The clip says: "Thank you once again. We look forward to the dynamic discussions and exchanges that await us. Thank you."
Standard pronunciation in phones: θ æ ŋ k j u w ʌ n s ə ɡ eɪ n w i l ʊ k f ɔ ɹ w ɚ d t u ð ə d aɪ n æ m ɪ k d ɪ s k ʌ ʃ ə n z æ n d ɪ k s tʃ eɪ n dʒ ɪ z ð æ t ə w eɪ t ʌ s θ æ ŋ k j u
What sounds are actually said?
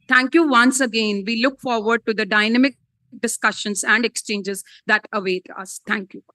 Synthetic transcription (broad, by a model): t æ ŋ k j u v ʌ n s ə ɡ eɪ n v i l ʊ k f ɔ ɹ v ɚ d t u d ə d aɪ n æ m ɪ k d ɪ s k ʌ ʃ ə n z æ n d ɪ k s tʃ eɪ n dʒ ɪ z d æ t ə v eɪ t ʌ s t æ ŋ k j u